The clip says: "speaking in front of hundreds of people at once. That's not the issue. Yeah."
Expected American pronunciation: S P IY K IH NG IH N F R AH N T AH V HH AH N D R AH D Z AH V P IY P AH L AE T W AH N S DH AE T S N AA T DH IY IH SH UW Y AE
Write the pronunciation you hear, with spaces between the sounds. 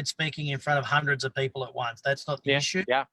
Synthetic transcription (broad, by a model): S P IY K IH NG IH N F R AH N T AH V HH AH N D R AH D Z AH V P IY P L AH T W AH N S DH AE T S N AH T DH IY IH SH UW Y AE